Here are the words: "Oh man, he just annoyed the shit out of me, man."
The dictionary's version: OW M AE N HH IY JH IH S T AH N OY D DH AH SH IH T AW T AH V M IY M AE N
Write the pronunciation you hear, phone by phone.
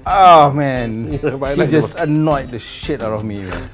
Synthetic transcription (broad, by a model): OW M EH N HH IY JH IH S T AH N OY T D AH SH IH T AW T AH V M IY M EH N